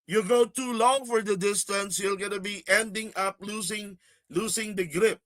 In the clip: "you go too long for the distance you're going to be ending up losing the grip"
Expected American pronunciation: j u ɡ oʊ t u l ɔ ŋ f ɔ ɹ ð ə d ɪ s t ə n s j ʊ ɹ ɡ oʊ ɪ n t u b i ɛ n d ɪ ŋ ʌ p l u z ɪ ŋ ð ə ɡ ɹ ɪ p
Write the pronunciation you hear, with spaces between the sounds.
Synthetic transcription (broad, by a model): j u ɡ oʊ t u l ɔ ŋ f ɔ ɹ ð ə d ɪ s t ə n s j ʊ l ɡ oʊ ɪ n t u b i ɛ n d ɪ ŋ ʌ p l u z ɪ ŋ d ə ɡ ɹ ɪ p